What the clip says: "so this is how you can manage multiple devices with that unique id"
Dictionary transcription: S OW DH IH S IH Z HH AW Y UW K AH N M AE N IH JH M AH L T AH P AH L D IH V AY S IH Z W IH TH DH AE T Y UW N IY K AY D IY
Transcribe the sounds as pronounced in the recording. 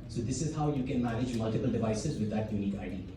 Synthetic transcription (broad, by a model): S OW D IH S IH Z HH AW Y UW K AH N M AE N IH JH M AH L T AH P AH L D IH V AY S IH Z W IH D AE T Y UW N IY K AY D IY